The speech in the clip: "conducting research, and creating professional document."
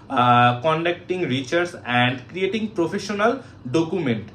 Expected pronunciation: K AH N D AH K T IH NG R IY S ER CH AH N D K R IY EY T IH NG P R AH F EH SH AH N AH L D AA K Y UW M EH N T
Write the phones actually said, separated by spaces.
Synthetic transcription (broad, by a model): K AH N D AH K T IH NG R IY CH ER S AH N D K R IY EY T IH NG P R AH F EH SH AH N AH L D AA K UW M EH N T